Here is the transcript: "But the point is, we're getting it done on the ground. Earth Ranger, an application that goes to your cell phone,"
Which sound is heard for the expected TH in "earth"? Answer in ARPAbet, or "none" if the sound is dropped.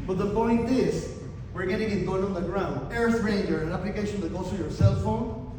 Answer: S